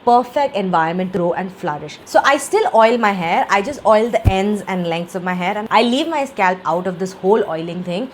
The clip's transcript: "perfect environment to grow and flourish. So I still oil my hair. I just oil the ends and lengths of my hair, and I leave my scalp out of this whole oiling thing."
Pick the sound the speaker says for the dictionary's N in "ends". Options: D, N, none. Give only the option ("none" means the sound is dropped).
N